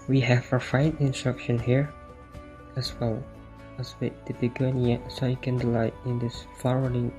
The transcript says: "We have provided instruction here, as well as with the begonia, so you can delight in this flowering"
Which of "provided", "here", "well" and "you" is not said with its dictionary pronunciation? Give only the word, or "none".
provided